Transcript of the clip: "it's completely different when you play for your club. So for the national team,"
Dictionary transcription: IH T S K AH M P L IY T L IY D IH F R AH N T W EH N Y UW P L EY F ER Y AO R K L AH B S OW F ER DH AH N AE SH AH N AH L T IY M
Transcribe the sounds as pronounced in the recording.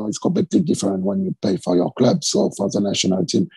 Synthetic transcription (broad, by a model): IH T S K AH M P L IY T L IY D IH F R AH N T W EH N Y UW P EY F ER Y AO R K L AH B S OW F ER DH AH N AE SH AH N AH L T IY M